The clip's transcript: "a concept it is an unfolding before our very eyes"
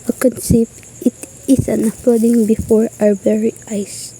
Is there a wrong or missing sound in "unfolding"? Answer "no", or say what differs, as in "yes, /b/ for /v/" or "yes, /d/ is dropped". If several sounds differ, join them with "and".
yes, /l/ is dropped